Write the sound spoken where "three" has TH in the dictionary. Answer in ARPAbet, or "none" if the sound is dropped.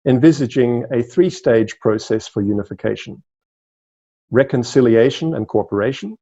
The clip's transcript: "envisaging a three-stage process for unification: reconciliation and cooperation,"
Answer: TH